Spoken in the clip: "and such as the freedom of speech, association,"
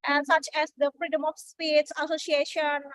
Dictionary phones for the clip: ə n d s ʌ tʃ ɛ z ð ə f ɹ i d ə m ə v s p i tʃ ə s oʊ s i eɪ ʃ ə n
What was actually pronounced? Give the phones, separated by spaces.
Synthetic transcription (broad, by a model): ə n s ʌ tʃ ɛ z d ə f ɹ i d ə m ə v s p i s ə s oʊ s i eɪ ʃ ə n